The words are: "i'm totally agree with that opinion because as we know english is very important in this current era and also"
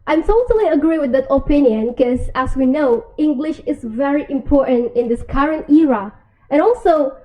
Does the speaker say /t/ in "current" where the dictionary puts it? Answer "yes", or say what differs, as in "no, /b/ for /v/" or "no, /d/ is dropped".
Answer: yes